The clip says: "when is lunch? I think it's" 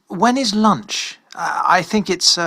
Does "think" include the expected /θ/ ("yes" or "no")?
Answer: yes